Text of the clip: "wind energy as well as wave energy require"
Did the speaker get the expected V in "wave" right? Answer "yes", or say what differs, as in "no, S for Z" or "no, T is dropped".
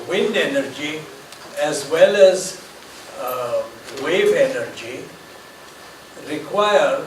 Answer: yes